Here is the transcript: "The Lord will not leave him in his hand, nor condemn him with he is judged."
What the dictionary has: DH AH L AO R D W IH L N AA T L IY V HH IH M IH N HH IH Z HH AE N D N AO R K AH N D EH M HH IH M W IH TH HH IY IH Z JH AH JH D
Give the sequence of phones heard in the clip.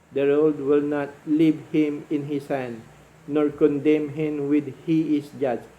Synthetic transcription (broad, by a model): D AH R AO L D W IH L N AA T L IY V HH IH M IH N HH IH S HH AE N D N AO R K AH N D EH M HH IH M W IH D HH IY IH S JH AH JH